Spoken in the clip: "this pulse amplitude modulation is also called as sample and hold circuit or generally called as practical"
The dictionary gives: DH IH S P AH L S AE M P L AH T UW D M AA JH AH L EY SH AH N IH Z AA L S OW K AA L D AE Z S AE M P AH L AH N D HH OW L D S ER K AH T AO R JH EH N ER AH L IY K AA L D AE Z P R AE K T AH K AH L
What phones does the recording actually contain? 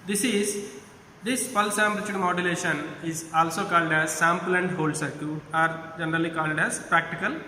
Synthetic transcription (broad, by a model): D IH S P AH L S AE M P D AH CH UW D M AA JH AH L EY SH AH N IH Z AA L S OW K AA L D AE Z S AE M P L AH N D HH OW L D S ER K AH AA R JH EH N ER AH L IY K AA L D AE Z P R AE K T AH K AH L